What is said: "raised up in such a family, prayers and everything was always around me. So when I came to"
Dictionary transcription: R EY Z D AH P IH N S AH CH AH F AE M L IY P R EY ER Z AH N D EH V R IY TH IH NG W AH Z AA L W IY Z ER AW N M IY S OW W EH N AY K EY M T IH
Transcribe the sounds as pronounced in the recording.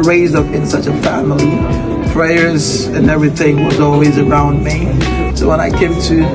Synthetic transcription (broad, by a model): R EY Z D AH P IH N S AH CH AH F AE M L IY P R EY ER Z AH N EH V R IY TH IH NG W AH Z AA L W IY Z ER AW N M IY S OW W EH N AY K EY M T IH